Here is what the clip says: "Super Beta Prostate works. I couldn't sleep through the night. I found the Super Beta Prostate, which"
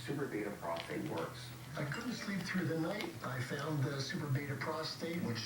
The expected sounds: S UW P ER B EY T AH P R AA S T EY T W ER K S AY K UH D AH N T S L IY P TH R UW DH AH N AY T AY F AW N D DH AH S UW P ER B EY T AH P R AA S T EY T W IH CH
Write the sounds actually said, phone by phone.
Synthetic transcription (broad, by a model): S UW P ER B EY T AH P R AA S T EY T W ER K S AY K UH D N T S L IY P TH R UW DH AH N AY T AY F AW N DH AH S UW P ER B EY T AH P R AA S T EY T W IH CH